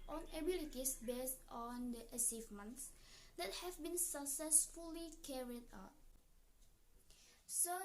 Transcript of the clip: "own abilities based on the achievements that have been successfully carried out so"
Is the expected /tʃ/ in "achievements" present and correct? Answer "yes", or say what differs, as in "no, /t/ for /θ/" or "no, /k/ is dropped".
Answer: no, /s/ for /tʃ/